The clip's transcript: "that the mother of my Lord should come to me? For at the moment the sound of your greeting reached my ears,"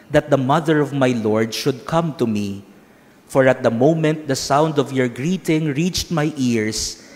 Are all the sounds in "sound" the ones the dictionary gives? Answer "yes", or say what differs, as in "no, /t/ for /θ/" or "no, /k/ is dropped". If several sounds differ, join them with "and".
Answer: yes